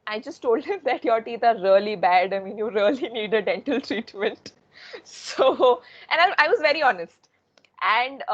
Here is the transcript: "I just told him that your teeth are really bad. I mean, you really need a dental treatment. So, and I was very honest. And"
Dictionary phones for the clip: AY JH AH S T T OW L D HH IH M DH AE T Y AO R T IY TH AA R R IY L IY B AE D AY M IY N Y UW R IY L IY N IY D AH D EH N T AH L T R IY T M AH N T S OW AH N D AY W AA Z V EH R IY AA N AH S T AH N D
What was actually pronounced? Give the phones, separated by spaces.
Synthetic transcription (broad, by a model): AY JH AH S T T OW L D HH IH M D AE T Y AO R T IY T AA R R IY L IY B AE D AY M IY N Y UW R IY L IY N IY D AH D EH N T AH L T R IY T M AH N T S OW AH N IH AY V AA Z V EH R IY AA N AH S T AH N D